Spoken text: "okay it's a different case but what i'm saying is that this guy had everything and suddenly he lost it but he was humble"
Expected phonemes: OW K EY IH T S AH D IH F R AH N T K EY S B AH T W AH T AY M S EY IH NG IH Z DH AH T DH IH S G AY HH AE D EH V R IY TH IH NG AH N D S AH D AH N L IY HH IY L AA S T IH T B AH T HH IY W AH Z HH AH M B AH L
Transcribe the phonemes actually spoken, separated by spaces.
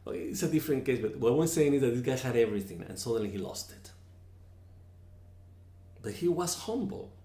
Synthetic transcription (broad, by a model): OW IH T S AH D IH F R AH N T K EY S B AH T W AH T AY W S EY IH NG IH Z DH AH T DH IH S G AY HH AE D EH V R IY TH IH NG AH N S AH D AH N L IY HH IY L AA S T IH T B AH T HH IY W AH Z HH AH M B L